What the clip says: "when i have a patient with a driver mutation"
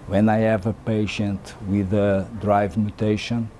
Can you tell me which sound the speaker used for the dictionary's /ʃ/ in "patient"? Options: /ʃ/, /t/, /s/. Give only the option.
/ʃ/